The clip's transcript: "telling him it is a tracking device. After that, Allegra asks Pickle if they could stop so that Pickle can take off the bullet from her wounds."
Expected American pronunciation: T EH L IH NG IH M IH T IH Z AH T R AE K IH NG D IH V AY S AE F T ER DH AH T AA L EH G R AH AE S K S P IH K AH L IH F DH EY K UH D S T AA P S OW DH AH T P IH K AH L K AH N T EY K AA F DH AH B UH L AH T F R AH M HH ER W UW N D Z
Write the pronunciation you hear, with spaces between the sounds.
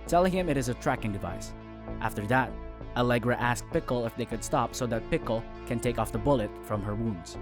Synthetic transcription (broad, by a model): T EH L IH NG IH M IH T IH Z AH T R AE K IH NG D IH V AY S AE F T ER DH AH T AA L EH G R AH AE S K P IH K L IH F DH EY K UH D S T AA P S OW DH AH T P IH K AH L K AH N T EY K AA F DH AH B UH L AH T F R AH M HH ER W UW N D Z